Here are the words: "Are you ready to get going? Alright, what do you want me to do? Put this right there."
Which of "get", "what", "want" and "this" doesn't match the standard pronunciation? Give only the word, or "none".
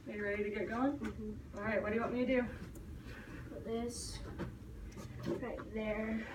want